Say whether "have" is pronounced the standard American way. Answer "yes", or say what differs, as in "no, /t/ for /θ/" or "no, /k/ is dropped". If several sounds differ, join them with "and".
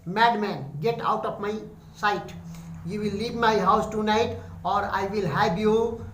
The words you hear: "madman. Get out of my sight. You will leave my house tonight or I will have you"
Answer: no, /b/ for /v/